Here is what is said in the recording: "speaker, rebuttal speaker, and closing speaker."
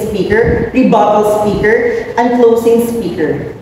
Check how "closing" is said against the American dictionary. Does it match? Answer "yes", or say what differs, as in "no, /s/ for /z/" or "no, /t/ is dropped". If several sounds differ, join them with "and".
no, /s/ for /z/